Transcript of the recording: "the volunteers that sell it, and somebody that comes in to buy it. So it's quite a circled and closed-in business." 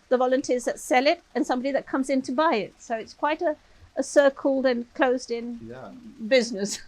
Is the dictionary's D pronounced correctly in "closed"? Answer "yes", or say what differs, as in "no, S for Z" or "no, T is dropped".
yes